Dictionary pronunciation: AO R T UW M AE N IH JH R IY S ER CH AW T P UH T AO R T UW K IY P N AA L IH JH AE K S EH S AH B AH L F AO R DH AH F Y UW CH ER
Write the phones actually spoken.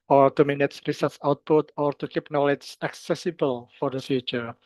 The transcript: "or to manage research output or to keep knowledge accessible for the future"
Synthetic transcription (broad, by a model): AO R T UW M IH N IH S R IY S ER S AW T P UH T AO R T UW K IY P N AA L IH JH AE K S EH S AH B AH L F AO R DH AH F Y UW CH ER